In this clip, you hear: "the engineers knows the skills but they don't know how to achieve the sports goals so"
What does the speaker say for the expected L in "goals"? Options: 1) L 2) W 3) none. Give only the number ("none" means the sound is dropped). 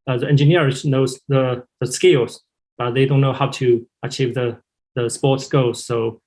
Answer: 3